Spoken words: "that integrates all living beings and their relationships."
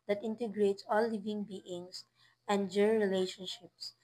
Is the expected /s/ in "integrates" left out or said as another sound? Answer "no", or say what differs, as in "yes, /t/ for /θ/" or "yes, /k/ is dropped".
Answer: no